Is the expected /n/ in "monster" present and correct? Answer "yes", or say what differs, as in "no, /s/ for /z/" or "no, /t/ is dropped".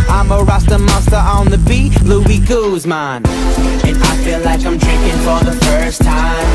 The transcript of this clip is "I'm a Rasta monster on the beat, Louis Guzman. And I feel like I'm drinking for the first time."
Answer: no, /n/ is dropped